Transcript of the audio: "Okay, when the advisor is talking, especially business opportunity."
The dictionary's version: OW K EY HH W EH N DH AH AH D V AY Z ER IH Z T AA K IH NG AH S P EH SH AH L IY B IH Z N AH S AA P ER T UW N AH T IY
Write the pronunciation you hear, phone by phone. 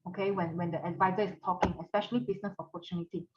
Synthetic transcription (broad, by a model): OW K EY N W EH N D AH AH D V AY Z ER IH S T AA K IH NG AH S P EH SH AH L IY B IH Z N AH S AA P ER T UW N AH T IY